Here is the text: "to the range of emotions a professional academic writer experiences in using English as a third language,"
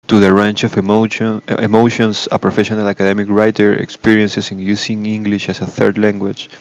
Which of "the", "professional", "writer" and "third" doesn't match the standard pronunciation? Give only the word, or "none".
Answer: none